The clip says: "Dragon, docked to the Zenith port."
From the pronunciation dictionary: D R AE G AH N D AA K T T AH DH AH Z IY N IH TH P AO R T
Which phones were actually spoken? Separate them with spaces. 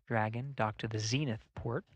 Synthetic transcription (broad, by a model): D R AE G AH N D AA K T T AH DH AH Z IY N IH TH P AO R T